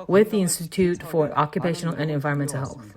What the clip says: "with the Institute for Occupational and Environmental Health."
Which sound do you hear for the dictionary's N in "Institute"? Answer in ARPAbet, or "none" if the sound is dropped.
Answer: N